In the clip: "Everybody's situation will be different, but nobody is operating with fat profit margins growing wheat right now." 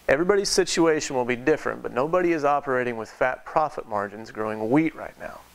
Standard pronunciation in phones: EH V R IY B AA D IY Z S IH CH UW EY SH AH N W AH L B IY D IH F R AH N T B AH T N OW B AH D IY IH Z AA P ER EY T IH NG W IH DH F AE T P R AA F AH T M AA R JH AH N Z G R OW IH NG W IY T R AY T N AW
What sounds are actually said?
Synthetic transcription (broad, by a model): EH V R IY B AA D IY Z S IH CH UW EY SH AH N W AH L B IY D IH F R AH N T B AH T N OW B AH D IY IH Z AA P ER EY T IH NG W IH DH F AE T P R AA F AH T M AA R JH AH N Z G R OW IH NG W IY T R AY T N AW